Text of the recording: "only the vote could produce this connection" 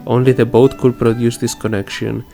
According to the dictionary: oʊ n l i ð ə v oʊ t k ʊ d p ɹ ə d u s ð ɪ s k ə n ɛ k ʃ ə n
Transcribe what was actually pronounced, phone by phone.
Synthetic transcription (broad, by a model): oʊ n l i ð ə b oʊ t k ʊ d p ɹ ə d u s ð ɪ s k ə n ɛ k ʃ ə n